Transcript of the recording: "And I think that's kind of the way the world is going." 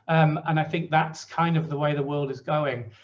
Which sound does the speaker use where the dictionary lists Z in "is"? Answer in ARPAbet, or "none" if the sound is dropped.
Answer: Z